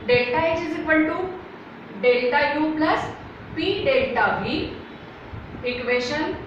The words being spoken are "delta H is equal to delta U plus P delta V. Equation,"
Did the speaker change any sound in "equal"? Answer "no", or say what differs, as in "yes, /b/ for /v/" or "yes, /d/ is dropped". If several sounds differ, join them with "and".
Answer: yes, /n/ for /l/